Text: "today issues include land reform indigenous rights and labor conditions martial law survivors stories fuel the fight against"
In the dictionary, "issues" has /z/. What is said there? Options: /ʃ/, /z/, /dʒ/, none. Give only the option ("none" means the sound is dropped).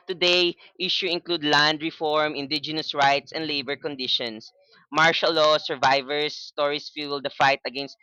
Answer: none